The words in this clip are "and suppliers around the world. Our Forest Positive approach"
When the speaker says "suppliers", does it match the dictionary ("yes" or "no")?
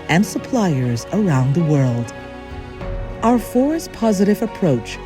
yes